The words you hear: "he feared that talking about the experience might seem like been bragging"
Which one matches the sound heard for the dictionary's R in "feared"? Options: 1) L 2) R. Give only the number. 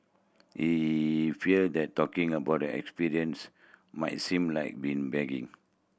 1